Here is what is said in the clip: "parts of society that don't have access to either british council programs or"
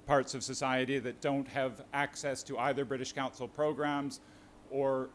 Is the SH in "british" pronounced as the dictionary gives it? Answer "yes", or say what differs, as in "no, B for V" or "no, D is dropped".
yes